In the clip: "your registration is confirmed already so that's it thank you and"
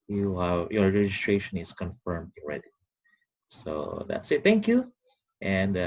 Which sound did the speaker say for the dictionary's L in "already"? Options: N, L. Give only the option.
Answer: N